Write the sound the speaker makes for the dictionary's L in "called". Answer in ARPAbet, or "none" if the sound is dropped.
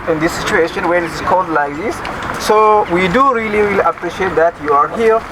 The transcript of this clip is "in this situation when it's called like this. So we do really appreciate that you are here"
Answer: N